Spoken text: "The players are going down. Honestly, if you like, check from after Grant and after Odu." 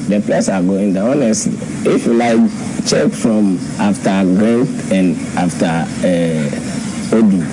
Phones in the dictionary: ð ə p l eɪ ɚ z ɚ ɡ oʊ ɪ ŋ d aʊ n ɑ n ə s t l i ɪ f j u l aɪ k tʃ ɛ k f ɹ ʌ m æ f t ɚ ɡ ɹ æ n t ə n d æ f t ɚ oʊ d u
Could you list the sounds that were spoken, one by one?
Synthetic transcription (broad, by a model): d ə p l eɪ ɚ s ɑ ɡ oʊ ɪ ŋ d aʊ ɑ n ə s t l i ɪ f j u l aɪ k tʃ ɛ k f ɹ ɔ m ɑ f t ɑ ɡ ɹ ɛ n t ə n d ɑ f t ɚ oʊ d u